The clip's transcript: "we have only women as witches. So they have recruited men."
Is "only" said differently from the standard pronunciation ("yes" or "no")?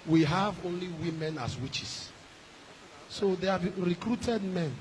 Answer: no